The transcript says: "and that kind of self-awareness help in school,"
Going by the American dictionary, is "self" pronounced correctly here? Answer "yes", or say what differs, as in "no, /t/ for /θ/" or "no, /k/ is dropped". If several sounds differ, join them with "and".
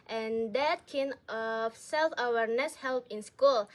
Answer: yes